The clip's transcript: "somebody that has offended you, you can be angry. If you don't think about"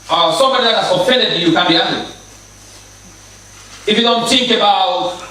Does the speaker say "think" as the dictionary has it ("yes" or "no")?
no